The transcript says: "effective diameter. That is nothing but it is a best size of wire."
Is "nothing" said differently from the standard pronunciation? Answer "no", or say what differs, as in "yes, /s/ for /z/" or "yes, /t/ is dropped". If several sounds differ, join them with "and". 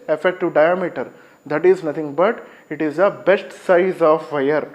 yes, /t/ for /θ/